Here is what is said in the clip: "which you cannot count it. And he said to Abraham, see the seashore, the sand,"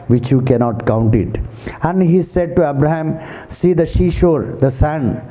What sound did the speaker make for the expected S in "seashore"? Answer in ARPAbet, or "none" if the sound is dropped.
SH